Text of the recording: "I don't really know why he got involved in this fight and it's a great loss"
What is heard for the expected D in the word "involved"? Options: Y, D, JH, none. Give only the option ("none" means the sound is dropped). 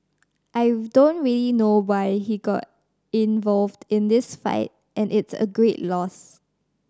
D